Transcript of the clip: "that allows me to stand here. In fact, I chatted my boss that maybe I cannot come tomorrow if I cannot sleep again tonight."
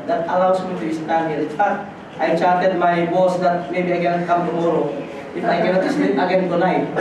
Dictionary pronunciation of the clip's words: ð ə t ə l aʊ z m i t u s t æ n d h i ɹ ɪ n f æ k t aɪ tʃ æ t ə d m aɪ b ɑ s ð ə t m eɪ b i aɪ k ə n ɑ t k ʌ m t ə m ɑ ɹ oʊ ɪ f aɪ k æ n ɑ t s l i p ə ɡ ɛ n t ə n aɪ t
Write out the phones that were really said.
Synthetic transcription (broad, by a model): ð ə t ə l aʊ s m i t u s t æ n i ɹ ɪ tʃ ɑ t aɪ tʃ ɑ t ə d m aɪ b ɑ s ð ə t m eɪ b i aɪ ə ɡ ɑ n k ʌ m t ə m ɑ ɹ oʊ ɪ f aɪ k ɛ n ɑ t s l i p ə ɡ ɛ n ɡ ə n aɪ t